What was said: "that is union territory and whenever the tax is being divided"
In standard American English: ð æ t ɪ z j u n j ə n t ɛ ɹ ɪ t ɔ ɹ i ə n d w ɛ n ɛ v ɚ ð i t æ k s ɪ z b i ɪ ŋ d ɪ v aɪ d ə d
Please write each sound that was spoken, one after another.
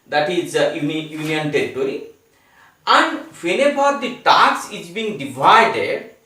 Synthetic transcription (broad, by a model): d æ t ɪ z j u n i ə n t ɛ ɹ ɪ t ɔ ɹ i ə n d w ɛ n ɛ b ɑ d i t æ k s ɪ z b i ŋ d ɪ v aɪ d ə d